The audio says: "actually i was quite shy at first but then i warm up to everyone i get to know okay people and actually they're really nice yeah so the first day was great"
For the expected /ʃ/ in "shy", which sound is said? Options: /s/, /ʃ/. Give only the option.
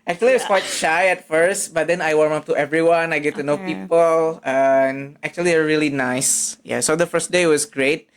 /ʃ/